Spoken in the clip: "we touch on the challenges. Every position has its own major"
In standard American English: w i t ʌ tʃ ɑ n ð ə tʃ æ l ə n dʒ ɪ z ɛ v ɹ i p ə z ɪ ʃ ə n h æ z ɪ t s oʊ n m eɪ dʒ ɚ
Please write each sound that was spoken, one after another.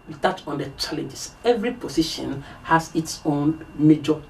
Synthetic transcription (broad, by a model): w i t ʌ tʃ ɑ n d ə tʃ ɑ l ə n dʒ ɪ s ɛ v ɹ i p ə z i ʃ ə n h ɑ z ɪ t s oʊ n m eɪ dʒ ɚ